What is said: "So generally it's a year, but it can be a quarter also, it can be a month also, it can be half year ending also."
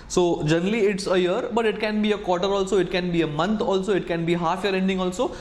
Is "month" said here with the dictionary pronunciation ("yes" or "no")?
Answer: no